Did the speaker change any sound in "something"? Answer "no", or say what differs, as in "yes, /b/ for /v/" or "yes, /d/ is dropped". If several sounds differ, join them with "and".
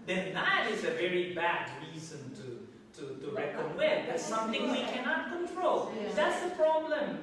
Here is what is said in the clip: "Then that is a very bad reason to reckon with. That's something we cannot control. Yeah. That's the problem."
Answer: yes, /t/ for /θ/